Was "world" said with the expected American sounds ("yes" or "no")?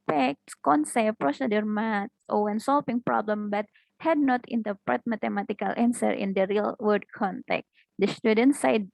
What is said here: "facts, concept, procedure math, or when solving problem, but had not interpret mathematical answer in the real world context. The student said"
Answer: no